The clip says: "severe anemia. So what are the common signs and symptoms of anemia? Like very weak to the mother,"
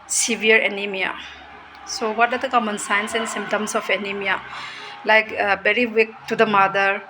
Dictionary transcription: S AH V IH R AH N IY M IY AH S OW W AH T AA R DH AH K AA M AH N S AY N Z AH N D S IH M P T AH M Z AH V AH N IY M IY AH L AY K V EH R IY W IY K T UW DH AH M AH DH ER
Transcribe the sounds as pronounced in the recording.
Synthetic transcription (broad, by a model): S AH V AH R AH N IY M IY AH S OW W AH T AA R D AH K AA M AH N S AY N S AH N S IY M T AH M S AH F AH N IY M IY AH L AY K B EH R IY W IY K T UW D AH M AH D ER